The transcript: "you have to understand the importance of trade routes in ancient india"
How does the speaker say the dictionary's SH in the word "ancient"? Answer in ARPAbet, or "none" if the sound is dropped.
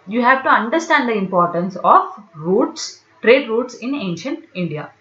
SH